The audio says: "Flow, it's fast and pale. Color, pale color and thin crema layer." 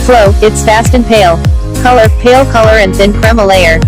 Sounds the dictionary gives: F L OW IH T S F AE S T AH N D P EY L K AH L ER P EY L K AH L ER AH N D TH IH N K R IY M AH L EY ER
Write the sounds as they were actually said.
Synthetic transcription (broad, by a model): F L OW IH T S F AE S T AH N P EY L K AH L ER P EY L K AH L ER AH N TH IH N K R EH M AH L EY ER